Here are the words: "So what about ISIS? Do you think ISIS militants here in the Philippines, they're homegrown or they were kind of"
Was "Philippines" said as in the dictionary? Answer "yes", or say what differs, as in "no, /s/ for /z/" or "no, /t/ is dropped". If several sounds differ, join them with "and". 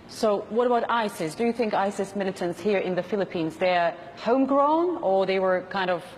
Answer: yes